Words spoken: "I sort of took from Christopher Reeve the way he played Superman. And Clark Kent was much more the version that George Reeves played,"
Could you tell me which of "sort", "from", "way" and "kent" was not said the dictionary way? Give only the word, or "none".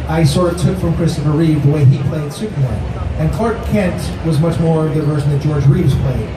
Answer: sort